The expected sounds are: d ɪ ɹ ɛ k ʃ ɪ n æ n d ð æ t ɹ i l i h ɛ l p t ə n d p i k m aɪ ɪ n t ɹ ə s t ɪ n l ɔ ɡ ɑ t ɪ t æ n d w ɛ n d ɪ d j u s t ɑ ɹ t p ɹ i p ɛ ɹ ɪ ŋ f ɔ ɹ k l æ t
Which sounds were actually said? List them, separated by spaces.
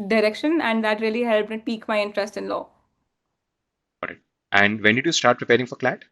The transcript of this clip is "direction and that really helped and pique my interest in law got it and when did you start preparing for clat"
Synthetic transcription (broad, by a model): d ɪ ɹ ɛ k ʃ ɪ n æ n d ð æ t ɹ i l i h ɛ l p ə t p i k m aɪ ɪ n t ɹ ə s t ɪ n l ɔ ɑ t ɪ t æ n d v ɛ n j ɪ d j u s t ɑ ɹ t p ɹ i p ɛ ɹ ɪ ŋ f ɔ ɹ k l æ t